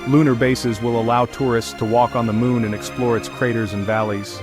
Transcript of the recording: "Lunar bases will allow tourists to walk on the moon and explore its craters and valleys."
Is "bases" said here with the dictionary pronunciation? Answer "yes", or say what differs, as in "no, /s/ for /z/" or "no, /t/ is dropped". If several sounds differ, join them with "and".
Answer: yes